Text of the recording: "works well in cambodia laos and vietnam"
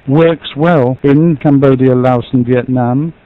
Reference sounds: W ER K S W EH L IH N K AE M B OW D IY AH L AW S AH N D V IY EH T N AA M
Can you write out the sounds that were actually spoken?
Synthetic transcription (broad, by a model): W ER K S W EH L IH N K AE M B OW D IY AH L AW S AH N V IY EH T N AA M